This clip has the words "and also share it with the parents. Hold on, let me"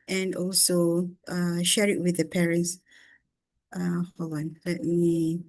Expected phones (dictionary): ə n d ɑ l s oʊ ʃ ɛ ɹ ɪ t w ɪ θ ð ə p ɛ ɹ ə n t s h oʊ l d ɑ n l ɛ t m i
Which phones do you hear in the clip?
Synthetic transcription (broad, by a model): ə n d ɑ l s oʊ ʃ ɛ ɹ ɪ t w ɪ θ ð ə p ɛ ɹ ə n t s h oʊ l ɑ n l ɛ t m i